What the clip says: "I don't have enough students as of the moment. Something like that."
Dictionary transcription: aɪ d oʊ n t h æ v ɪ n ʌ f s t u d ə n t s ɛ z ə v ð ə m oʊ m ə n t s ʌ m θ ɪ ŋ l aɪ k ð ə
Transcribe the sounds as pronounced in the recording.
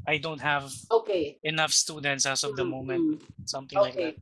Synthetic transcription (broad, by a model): aɪ d oʊ n t h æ v ɪ n ʌ f s t u d ə n t s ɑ s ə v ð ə m oʊ m ə n t s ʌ m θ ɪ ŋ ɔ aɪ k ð